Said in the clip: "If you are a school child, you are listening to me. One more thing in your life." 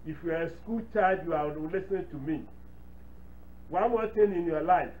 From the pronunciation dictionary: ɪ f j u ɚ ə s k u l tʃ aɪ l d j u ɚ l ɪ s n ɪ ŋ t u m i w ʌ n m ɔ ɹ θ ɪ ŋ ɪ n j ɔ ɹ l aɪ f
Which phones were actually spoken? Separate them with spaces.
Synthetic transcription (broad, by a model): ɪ f j u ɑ ə s k u l tʃ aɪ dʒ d j u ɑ l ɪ s ɪ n t u m i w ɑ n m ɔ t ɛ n ɪ n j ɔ l aɪ f